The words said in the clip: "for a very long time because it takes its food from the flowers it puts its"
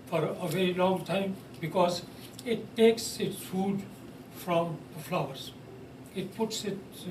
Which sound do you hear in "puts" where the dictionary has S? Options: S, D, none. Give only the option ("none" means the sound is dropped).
S